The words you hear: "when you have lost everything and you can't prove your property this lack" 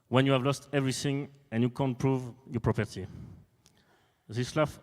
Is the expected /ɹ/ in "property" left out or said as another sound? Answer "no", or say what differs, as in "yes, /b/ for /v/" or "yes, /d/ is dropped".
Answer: no